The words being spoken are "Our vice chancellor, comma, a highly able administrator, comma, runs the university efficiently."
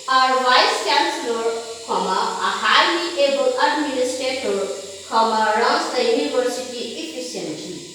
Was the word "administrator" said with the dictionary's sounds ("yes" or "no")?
no